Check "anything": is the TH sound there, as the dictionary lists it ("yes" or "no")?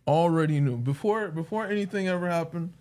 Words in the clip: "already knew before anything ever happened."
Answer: yes